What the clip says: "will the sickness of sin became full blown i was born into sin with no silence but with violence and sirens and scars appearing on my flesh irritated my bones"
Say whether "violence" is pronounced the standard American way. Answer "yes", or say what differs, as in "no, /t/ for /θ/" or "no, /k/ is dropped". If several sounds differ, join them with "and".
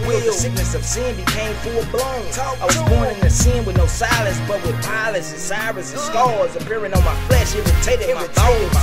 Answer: no, /p/ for /v/